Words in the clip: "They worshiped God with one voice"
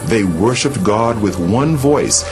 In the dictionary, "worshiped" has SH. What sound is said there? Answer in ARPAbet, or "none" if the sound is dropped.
SH